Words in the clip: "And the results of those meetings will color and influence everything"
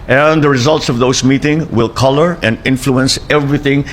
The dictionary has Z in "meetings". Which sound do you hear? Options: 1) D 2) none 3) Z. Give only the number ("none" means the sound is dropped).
2